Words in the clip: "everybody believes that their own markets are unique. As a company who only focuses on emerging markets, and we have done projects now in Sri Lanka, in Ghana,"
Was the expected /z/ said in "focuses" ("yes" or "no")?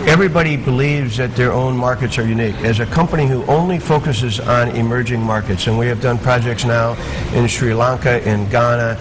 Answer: yes